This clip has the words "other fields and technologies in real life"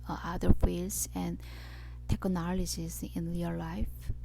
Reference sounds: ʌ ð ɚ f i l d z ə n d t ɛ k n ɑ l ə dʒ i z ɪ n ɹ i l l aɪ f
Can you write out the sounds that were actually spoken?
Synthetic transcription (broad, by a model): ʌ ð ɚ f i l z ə n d t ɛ k n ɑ l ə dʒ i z ɪ n l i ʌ l aɪ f